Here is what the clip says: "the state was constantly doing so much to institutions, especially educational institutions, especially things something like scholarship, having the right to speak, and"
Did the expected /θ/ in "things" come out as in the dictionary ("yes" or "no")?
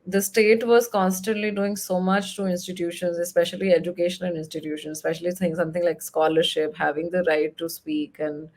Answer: no